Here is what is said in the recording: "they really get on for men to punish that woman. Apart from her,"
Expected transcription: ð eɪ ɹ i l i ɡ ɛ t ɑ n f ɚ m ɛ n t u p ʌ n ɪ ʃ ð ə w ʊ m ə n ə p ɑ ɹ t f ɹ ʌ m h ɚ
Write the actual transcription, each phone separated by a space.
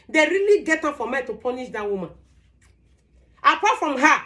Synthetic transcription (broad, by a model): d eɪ ɹ i l i ɡ ɛ t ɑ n f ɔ m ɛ t u p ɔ n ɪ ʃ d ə w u m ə n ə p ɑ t f ɹ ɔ m h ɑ